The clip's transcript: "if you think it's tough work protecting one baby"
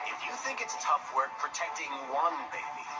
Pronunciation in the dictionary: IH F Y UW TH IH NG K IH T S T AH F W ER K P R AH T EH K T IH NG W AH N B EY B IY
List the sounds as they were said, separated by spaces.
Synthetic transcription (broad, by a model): IH F Y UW TH IH NG K IH T S T AH F W ER K P R AH T EH K T IH NG W AH N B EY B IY